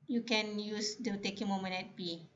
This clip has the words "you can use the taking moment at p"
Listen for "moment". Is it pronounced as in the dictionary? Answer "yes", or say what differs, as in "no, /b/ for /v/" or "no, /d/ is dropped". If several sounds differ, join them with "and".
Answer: no, /t/ is dropped